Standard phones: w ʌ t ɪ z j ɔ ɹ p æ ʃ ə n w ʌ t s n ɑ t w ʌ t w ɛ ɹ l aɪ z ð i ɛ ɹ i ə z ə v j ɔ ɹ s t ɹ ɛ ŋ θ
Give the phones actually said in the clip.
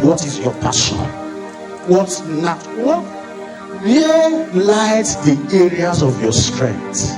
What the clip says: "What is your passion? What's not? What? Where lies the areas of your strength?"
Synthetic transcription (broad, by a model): w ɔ t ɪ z j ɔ p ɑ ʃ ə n w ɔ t n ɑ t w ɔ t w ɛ l aɪ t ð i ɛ ɹ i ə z ə v j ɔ s t ɹ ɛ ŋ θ